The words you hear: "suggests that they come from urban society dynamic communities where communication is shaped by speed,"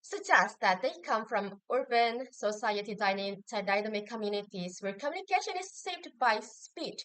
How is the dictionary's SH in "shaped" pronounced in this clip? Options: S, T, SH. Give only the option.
S